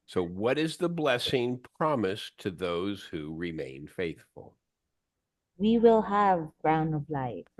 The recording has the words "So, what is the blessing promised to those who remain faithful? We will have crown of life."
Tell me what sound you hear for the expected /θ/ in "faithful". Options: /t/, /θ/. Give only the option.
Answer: /θ/